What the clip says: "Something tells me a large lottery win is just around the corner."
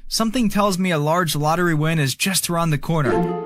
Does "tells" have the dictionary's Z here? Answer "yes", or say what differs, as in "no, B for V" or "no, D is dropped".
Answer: yes